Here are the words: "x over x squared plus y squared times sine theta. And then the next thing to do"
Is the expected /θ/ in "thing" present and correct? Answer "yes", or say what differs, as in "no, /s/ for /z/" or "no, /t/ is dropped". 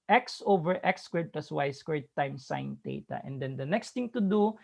no, /t/ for /θ/